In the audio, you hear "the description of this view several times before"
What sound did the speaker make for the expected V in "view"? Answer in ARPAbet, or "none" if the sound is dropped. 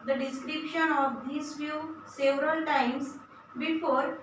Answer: F